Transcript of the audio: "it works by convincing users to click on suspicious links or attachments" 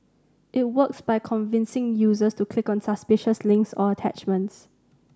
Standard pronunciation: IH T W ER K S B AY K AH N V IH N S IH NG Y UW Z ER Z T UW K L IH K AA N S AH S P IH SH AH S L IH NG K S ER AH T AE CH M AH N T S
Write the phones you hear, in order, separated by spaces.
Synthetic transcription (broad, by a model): IH T W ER K S B AY K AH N V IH N S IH NG Y UW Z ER S T UW K L IH K AA N S AH S P IH SH AH S L IH NG K S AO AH T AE CH M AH N T S